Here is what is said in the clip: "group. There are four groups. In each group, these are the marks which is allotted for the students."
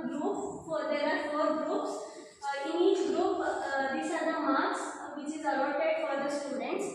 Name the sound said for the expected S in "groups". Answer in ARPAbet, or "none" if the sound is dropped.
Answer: S